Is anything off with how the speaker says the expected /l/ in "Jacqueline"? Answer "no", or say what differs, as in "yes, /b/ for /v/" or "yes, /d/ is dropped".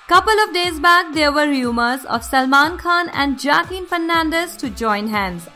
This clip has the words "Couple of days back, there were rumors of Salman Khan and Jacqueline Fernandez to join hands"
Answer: yes, /l/ is dropped